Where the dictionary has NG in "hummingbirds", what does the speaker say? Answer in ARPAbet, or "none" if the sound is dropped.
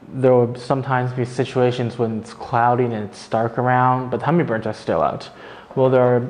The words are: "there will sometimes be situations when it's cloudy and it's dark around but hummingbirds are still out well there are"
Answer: none